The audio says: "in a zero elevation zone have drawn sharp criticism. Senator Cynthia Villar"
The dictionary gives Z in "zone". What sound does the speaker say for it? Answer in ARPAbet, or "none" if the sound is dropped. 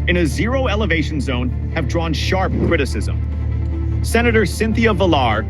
Z